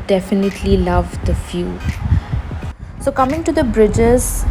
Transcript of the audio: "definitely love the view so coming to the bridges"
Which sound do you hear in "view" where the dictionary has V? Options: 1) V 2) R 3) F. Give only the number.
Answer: 3